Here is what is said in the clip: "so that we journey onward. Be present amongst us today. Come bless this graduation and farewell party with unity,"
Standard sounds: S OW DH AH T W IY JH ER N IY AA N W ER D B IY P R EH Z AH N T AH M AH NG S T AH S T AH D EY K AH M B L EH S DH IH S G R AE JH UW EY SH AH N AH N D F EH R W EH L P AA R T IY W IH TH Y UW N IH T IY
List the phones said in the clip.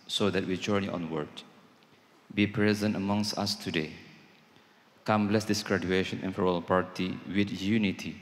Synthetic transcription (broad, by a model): S OW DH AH T W IY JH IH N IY AA N W ER D B IY P R EH Z AH N T AH M AH NG S T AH S T AH D EY K AH M B L EH S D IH S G R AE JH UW EY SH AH N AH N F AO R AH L P AA R T IY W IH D Y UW N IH T IY